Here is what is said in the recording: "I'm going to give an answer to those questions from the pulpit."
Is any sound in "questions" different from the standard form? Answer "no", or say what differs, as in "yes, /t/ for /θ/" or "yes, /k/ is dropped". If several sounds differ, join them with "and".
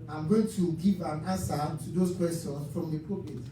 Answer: yes, /tʃ/ is dropped